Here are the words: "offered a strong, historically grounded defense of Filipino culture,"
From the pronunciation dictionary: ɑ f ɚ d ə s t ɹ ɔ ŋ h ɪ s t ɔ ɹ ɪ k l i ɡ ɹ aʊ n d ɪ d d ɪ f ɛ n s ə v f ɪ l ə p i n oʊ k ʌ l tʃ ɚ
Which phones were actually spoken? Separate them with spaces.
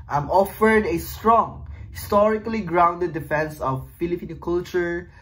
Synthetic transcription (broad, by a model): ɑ f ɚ d ə s t ɹ ɔ ŋ h ɪ s t ɔ ɹ ɪ k l i ɡ ɹ aʊ n d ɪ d d ɪ f ɛ n s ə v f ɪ l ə p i n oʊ k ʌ l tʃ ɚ